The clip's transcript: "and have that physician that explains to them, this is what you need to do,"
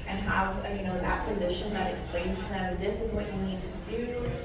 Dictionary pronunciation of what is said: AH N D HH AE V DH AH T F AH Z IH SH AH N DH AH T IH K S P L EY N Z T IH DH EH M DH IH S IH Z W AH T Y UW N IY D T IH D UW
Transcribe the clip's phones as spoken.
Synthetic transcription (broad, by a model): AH N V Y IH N DH AH T P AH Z IH SH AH N DH AH T IH K S P L EY N Z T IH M DH IH S IH Z W AH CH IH N IY D T IH D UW